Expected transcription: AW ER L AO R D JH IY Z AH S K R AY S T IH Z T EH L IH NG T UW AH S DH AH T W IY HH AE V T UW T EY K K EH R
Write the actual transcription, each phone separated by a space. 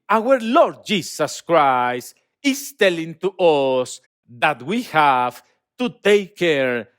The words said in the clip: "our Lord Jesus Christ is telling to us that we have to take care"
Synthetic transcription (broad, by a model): AW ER L AO R D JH IY S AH S K R AY S T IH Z T EH L IH NG T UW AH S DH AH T W IY HH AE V T UW T EY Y K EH R